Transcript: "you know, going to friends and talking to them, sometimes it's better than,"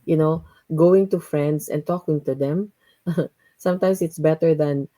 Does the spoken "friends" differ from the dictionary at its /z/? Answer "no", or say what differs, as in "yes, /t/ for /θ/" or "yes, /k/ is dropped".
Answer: yes, /s/ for /z/